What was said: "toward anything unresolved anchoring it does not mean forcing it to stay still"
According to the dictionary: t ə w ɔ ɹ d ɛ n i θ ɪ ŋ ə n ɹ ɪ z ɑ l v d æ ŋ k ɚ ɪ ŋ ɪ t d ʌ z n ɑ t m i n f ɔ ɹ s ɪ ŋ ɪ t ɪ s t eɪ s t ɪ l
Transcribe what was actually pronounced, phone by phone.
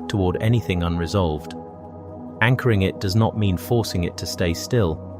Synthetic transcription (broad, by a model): t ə w ɔ ɹ d ɛ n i θ ɪ ŋ ə n ɹ ɪ z ɑ l v d æ ŋ k ɚ ɪ ŋ ɪ t d ʌ z n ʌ t m i n f ɔ ɹ s ɪ ŋ ɪ t ɪ s t eɪ s t ɪ l